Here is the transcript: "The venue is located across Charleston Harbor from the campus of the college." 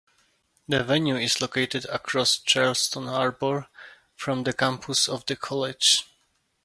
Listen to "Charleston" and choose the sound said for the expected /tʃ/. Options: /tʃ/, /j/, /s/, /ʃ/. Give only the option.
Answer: /tʃ/